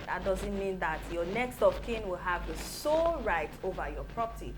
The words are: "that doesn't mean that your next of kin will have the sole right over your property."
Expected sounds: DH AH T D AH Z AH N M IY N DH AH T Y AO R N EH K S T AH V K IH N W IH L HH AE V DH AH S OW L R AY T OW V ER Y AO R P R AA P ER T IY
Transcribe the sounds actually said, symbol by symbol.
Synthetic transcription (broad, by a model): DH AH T D AH Z AH N M IY N DH AH T Y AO N EH K S T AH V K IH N W IH L HH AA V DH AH S OW L R AY T OW V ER Y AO P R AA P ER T IY